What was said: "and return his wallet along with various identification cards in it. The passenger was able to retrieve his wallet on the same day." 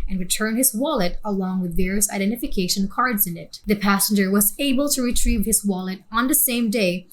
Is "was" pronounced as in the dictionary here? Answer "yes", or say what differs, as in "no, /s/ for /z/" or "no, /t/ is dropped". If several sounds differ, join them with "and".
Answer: yes